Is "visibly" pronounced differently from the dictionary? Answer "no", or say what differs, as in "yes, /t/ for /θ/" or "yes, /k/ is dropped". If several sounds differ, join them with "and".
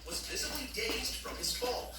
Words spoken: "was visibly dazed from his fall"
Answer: no